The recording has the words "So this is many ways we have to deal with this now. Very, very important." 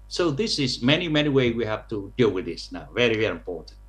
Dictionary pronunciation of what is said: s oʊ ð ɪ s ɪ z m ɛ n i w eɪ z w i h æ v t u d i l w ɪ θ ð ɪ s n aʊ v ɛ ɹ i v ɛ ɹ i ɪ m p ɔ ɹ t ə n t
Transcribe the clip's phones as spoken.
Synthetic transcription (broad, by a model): s oʊ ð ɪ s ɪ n m ɛ n i w eɪ w i h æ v t u d i l w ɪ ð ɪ s n aʊ v ɛ ɹ i v ɛ ɹ i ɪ m p ɔ ɹ t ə n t